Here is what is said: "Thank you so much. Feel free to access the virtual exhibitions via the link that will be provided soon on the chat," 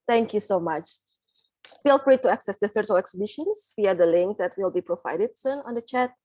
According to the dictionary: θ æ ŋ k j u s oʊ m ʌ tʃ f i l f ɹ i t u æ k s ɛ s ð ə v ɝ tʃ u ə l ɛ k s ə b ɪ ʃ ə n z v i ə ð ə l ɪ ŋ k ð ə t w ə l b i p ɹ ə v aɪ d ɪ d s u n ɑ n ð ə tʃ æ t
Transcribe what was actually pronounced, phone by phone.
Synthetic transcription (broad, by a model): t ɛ ŋ k j u s oʊ m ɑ tʃ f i l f ɹ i t u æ k s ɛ s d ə f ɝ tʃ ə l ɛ k s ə b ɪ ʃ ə n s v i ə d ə l ɪ ŋ k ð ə t w ə l b i p ɹ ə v aɪ d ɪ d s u n ɑ n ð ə tʃ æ t